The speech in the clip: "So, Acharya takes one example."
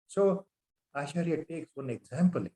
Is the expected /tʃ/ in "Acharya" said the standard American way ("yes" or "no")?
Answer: no